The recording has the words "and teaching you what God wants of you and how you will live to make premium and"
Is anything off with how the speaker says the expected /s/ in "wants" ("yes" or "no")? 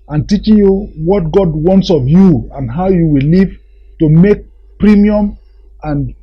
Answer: no